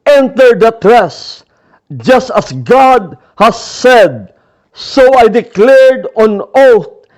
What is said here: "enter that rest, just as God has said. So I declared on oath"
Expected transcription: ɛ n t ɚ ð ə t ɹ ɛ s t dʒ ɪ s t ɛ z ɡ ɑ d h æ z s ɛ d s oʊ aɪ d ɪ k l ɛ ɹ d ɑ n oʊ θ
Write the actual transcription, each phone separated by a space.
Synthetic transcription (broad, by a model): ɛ n t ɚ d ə t ɹ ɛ s dʒ ɪ s t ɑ s ɡ ɑ d h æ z s ɛ d s oʊ aɪ d ɪ k l ɛ ɹ d ɑ n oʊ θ